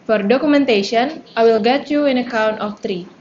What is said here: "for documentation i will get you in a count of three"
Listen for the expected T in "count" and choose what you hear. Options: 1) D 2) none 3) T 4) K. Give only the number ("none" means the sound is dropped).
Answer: 3